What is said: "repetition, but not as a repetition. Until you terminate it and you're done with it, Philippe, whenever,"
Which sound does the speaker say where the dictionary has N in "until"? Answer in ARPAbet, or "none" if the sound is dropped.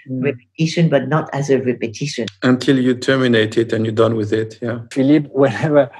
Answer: N